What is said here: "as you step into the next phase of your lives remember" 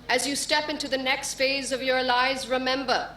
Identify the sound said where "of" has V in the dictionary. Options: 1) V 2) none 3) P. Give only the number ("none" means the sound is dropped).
1